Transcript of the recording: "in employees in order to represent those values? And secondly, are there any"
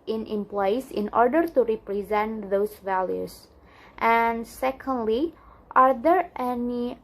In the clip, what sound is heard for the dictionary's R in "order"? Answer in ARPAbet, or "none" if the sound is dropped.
R